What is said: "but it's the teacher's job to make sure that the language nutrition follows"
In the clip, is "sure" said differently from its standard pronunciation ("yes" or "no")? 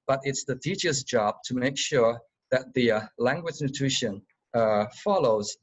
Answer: no